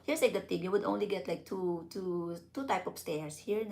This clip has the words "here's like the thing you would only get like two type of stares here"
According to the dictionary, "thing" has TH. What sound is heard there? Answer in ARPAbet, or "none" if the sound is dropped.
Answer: T